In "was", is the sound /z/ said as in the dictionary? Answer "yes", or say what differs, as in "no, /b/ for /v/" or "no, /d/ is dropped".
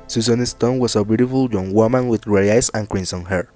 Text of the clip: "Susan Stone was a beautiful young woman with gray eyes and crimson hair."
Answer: no, /s/ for /z/